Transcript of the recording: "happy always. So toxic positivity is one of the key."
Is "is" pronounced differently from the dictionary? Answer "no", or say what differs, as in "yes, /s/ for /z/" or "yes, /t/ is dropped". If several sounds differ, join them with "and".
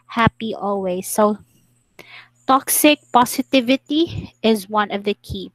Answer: no